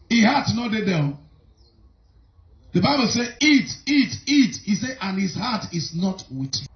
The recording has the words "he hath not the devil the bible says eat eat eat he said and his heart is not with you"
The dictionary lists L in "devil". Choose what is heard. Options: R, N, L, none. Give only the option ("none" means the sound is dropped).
N